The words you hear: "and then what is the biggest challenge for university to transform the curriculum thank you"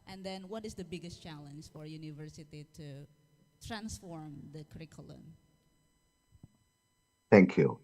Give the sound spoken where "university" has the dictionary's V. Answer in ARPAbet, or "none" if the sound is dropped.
V